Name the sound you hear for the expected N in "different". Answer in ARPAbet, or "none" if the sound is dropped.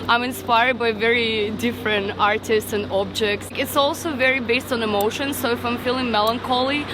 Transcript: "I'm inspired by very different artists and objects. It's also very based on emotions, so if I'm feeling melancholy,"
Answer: N